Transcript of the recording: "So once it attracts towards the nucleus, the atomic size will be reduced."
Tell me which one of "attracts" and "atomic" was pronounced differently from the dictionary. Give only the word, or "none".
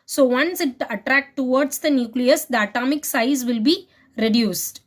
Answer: attracts